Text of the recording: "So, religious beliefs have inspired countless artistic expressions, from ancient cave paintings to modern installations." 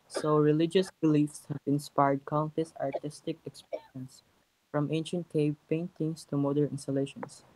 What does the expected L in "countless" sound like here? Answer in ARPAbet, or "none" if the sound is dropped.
none